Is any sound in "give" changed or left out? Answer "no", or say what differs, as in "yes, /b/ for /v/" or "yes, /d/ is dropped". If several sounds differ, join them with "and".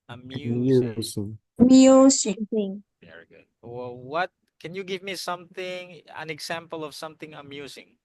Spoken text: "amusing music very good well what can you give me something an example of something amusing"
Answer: no